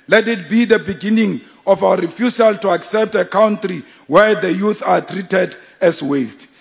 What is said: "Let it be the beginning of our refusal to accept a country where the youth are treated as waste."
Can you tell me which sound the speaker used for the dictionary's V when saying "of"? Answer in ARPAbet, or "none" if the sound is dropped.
F